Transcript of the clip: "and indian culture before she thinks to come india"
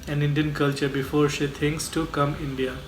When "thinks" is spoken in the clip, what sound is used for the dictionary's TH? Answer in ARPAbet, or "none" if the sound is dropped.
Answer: T